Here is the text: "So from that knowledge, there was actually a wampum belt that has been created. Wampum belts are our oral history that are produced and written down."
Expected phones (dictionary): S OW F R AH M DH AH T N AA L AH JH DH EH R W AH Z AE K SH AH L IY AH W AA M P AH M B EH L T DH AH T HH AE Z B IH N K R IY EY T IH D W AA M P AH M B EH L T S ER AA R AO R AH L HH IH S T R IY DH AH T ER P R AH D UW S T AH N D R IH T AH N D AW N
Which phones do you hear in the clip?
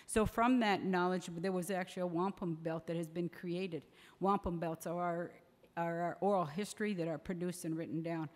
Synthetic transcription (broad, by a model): S OW F R AH M DH AH T N AA L AH JH DH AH R W AH Z AE K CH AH L IY AH W AA M P AH M B EH L T DH AH T HH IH Z B IH N K R IY EY T IH D W AA M P AH M B EH L T S ER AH R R R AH L HH IH S T R IY DH AH T ER P R AH D UW S T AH N R IH T N D AW N